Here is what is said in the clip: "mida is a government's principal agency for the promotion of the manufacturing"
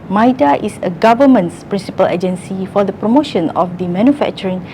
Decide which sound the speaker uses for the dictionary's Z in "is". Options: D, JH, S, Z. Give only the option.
S